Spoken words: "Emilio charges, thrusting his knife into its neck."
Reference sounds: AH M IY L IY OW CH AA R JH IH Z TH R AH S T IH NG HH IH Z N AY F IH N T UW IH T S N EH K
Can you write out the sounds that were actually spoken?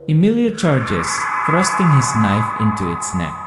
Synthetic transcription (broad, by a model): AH M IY L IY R CH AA R JH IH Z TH R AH S T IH NG HH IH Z N AY F IH N T UW IH T S N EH K